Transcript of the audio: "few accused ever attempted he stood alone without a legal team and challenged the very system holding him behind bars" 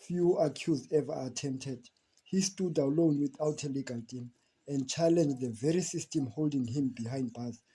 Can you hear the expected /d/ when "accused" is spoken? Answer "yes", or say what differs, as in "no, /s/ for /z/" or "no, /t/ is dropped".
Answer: no, /d/ is dropped